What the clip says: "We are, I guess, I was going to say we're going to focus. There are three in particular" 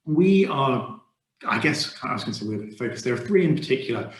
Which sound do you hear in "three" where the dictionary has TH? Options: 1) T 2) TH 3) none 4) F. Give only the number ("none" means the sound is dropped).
2